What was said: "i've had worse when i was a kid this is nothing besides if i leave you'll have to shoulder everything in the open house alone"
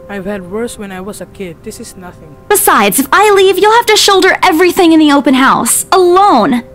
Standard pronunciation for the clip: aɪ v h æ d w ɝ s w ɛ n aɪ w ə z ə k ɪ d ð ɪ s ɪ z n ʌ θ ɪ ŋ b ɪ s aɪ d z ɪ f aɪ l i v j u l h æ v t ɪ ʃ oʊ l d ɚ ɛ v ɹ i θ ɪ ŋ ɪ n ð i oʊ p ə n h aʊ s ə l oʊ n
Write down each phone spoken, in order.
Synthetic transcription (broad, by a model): aɪ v h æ d w ɝ s w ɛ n aɪ w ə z ə k ɪ d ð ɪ s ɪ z n ʌ θ ɪ ŋ b ɪ s aɪ d z ɪ f aɪ l i v j u l h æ f t ɪ ʃ oʊ l d ɚ ɛ v ɹ i θ ɪ ŋ ɪ n ð i oʊ p ə n h aʊ s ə l oʊ n